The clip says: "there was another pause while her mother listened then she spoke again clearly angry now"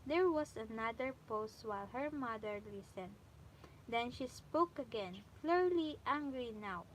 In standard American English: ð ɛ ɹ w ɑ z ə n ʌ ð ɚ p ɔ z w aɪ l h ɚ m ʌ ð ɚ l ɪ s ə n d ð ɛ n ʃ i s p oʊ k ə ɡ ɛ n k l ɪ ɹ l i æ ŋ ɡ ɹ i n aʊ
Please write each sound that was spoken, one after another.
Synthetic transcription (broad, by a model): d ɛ ɹ w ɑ s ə n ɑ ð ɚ p ɔ s w aɪ l h ɚ m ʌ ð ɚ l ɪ s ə n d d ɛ n ʃ i s p oʊ k ə ɡ ɛ n k l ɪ ɹ l i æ ŋ ɡ ɹ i n aʊ